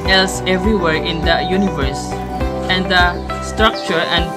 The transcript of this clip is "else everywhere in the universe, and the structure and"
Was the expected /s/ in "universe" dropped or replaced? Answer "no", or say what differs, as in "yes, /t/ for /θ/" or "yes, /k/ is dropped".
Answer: no